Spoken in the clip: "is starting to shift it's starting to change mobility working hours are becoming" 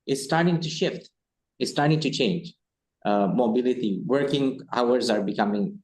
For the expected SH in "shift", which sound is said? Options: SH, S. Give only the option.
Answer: SH